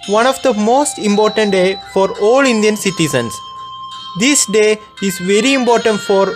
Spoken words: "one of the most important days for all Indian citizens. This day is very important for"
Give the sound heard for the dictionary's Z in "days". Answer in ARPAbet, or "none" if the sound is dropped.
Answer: none